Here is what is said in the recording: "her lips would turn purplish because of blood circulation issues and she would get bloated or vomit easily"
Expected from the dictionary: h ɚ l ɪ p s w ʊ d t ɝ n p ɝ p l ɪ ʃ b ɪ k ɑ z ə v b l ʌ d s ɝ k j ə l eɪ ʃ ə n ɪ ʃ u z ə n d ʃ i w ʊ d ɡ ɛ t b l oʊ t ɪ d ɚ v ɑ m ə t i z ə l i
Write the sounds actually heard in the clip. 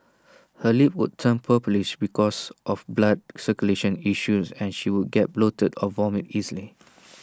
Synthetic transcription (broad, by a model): h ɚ l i p w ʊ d t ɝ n p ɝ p l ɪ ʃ b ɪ k ɑ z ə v b l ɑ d s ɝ k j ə l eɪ ʃ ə n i ʃ u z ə n ʃ i w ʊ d ɡ ɛ t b l oʊ t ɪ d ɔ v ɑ m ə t i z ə l i